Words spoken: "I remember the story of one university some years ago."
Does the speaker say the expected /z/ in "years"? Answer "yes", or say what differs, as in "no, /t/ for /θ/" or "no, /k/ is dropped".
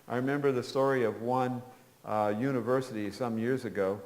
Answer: yes